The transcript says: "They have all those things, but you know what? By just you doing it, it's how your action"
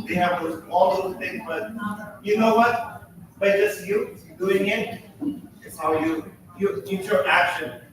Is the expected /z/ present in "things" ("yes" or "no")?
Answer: no